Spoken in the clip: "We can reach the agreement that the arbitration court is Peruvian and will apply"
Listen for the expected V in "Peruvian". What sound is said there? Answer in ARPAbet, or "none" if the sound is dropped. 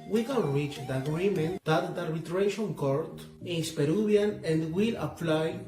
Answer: B